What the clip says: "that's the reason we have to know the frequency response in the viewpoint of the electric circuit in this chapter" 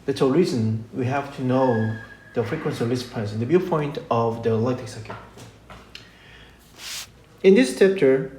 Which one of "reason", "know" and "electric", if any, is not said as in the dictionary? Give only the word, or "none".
electric